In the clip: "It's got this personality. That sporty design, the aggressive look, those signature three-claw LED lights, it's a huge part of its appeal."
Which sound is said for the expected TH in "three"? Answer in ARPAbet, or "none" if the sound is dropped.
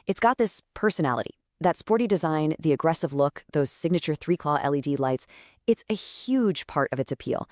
TH